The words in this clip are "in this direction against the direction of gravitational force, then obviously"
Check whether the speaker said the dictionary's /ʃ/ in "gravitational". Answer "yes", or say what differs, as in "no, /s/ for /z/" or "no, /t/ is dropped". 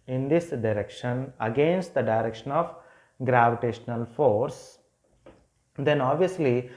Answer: yes